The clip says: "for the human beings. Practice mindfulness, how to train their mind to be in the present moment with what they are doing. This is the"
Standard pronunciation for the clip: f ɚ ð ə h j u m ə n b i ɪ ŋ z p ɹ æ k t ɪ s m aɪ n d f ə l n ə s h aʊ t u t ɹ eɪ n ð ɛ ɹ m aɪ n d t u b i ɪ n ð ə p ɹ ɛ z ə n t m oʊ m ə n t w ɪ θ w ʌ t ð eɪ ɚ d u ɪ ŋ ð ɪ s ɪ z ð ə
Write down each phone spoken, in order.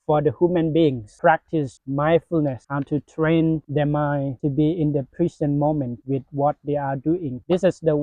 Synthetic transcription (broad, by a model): f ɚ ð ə h j u m ə n b i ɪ ŋ s p ɹ æ k t ɪ s m aɪ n f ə l n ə s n t u t ɹ eɪ n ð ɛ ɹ m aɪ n t u b i ɪ n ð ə p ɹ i s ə n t m oʊ m ə n t w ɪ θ w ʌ t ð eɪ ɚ d u ɪ ŋ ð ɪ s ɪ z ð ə